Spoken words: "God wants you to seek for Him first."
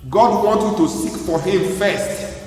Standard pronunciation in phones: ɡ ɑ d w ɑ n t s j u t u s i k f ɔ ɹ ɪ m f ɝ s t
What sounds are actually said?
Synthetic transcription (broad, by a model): ɡ ɑ d w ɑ n t j u t u s i k f ɔ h ɪ m f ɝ s t